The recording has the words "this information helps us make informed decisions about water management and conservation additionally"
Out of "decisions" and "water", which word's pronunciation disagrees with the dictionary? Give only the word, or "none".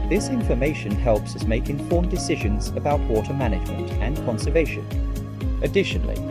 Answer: none